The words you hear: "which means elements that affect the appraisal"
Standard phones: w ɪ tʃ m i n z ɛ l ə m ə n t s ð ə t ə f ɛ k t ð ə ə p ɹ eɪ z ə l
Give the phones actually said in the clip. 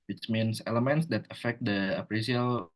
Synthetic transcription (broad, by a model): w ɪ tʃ m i n s ɛ l ə m ə n t s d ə t ə f ɛ k t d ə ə p ɹ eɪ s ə l